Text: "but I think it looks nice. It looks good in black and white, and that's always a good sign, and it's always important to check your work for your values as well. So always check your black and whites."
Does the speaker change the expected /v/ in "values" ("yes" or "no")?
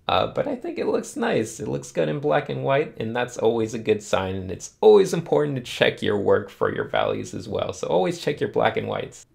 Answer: no